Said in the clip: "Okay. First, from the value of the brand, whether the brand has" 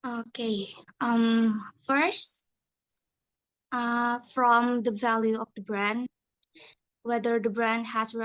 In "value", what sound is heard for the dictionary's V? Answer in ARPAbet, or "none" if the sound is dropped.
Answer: V